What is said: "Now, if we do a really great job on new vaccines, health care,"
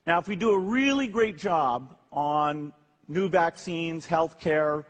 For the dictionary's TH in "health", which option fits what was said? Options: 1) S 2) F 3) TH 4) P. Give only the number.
3